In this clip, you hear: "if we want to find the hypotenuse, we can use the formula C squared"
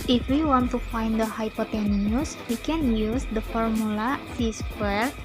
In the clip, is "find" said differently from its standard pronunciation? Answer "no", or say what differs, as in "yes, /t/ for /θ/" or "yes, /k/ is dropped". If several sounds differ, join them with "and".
no